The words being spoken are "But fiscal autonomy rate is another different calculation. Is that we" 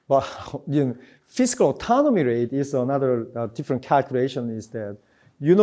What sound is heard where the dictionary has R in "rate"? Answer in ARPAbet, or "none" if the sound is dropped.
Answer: R